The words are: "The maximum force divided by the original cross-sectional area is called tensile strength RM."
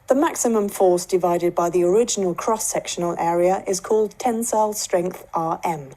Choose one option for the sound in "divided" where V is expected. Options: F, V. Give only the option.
V